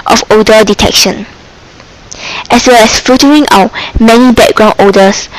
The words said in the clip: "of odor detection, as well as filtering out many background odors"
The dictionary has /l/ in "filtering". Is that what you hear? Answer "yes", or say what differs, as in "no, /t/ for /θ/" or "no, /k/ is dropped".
no, /l/ is dropped